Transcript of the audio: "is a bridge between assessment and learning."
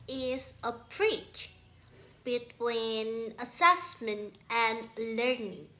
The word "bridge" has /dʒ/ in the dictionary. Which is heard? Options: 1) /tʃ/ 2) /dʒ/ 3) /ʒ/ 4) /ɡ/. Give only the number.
1